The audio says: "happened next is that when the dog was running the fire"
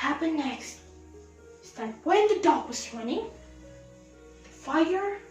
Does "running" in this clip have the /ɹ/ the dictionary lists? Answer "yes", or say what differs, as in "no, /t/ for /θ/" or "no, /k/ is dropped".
no, /w/ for /ɹ/